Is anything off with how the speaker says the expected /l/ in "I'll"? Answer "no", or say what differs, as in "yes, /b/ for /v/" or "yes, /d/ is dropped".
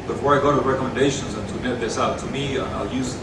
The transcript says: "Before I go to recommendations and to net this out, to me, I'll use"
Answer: no